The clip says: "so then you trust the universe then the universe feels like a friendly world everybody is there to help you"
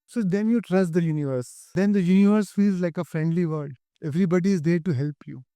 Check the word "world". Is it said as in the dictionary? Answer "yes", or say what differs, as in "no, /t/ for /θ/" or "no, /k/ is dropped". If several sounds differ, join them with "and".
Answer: no, /l/ is dropped